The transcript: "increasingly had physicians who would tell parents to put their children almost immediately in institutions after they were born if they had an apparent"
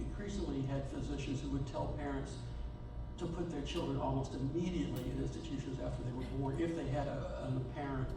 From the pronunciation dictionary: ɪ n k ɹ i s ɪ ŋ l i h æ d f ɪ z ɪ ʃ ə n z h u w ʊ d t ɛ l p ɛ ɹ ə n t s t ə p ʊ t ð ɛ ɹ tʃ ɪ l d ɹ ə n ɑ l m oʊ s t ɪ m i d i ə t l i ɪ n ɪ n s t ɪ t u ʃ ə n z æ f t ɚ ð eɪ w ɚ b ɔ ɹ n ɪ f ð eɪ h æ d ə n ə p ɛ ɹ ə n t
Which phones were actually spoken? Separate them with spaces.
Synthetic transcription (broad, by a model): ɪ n k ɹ i s ɪ ŋ l i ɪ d f ɪ z ɪ ʃ ə n z h u w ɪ d t ɛ l p ɛ ɹ ə n t s t ə p ʊ t ð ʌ ɹ tʃ ɪ l d ɹ ə n ɑ l m oʊ s t ɪ m i d i ə t l i ɪ n ɪ n s t ɪ t u ʃ ə n z æ f t ɚ ð eɪ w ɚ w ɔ ɹ ɪ f ð eɪ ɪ d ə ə p ɛ ɹ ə n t